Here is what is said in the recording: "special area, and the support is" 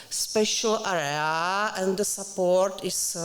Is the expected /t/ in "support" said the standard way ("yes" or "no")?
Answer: yes